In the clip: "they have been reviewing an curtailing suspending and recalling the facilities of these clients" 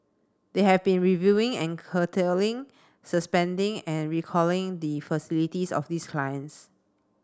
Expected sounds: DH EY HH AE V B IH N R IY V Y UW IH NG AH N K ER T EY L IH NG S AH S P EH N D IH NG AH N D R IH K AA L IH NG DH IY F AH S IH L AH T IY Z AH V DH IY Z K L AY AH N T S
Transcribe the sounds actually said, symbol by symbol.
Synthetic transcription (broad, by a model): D EY HH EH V B IH N R IY V Y UW IH NG AH N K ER T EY L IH NG S AH S P EH N D IH NG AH N R IH K AA L IH NG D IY F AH S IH L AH T IY S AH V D IY S K L AY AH N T S